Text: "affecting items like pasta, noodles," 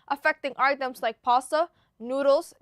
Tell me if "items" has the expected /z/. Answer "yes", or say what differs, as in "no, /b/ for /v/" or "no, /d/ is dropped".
no, /s/ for /z/